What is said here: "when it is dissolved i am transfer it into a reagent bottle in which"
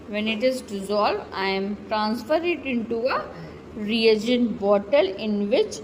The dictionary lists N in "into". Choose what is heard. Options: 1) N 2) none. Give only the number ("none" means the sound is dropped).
1